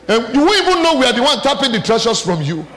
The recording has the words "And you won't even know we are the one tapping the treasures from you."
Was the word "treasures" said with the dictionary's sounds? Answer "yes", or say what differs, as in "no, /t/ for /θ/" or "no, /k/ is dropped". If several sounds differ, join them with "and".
no, /ʃ/ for /ʒ/